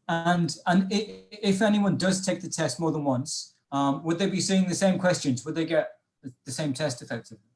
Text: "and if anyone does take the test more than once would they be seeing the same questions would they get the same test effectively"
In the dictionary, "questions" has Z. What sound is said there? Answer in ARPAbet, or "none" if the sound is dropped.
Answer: Z